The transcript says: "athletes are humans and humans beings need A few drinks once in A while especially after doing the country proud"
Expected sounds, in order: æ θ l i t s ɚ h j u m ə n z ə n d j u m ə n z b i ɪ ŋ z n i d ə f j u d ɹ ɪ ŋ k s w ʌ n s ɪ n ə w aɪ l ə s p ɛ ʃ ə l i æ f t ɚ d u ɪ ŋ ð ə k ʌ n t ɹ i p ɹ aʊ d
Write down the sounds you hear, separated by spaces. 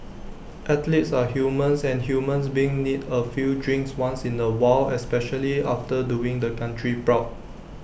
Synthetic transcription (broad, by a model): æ t l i t s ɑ h j u m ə n s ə n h j u m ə n s b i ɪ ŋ n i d ə f j u d ɹ ɪ ŋ k s w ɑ n s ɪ n ə w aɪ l ə s p ɛ ʃ ə l i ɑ f t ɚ d u ɪ ŋ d ə k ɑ n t ɹ i p ɹ aʊ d